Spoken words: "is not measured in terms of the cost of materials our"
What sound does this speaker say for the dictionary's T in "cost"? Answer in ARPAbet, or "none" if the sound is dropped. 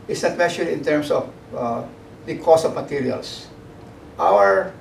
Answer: none